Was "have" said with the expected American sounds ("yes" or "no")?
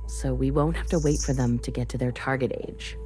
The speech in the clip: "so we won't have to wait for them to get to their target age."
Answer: no